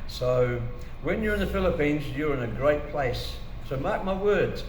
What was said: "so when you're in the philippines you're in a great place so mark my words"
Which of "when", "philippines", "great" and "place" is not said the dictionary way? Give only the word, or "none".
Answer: none